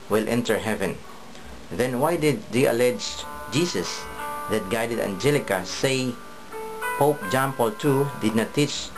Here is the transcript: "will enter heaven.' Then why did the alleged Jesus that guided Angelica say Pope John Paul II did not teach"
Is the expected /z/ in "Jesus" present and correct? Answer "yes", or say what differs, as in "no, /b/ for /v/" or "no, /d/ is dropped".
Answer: no, /s/ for /z/